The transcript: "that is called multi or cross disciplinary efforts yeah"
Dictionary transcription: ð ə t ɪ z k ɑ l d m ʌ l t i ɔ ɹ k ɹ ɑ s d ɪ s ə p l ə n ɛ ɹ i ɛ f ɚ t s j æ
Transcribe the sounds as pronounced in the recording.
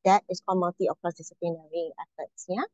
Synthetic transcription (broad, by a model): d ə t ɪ s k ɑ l m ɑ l t i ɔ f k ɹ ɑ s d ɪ s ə p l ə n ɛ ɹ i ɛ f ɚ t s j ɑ